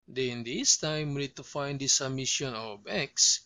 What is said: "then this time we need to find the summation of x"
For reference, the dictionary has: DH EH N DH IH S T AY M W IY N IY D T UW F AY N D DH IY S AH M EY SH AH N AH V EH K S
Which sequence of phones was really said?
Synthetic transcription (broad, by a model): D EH N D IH S T AY M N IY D T UW F AY N D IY S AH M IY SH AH N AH B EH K S